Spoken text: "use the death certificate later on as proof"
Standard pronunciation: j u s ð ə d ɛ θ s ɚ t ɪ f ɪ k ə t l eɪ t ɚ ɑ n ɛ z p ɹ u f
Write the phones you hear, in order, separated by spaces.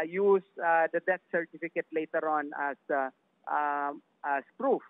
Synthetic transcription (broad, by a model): j u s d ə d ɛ t s ɚ t ɪ f ɪ k ə t l eɪ t ɚ ɑ n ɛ s p ɹ u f